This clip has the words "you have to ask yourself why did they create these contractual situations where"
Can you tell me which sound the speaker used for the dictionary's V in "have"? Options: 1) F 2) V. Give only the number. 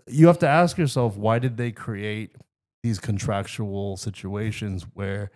1